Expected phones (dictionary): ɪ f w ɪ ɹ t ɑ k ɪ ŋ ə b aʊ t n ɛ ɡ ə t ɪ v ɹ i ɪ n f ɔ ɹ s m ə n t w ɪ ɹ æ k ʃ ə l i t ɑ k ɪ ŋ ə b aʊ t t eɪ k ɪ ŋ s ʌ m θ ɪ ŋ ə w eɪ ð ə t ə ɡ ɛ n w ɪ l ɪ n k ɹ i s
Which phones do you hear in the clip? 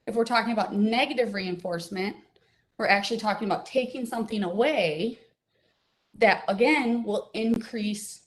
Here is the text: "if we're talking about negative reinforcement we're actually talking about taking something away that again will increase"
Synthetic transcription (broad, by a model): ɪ f w ɪ ɹ t ɑ k ɪ ŋ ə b aʊ t n ɛ ɡ ə t ɪ v ɹ i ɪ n f ɔ ɹ s m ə n t w ɪ ɹ æ k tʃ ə l i t ɑ k ɪ ŋ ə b aʊ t t eɪ k ɪ ŋ s ʌ m θ ɪ ŋ ə w eɪ ð ə t ə ɡ ɛ n w ɪ l ɪ n k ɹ i s